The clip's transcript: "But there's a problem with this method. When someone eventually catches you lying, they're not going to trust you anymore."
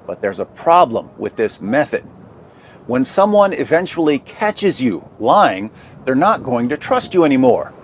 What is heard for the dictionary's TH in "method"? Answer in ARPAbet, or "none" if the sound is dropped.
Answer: TH